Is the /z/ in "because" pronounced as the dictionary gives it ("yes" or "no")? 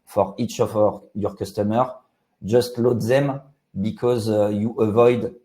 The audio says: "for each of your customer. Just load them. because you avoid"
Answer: yes